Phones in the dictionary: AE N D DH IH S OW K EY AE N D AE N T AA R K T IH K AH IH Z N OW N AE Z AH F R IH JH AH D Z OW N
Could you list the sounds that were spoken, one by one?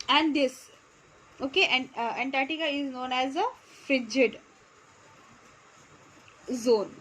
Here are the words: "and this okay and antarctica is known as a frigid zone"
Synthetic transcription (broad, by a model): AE N D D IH S OW K EY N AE N T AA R T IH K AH IH Z N OW N AE Z AH F R IH JH AH D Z OW N